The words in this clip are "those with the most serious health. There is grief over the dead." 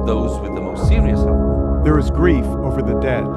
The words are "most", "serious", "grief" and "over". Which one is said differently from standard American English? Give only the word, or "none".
serious